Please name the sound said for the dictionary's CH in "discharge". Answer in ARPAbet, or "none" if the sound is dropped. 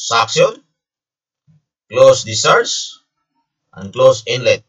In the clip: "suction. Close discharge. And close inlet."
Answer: none